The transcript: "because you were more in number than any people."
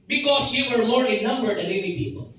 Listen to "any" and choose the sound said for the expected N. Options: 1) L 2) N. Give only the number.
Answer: 1